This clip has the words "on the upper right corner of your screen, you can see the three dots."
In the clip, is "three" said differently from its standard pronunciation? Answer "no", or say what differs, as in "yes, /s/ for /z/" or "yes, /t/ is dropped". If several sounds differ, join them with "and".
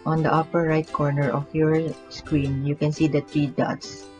yes, /t/ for /θ/